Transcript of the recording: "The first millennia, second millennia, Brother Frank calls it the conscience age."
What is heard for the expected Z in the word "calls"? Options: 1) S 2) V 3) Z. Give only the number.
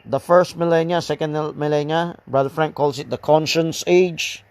1